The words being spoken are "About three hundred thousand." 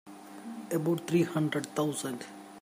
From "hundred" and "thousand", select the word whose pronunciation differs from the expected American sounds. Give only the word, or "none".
thousand